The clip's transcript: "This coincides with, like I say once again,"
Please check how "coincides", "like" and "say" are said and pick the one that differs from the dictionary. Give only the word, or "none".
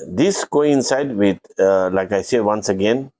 coincides